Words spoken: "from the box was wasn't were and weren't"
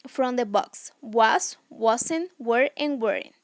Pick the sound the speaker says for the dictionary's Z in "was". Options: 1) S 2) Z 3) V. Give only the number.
1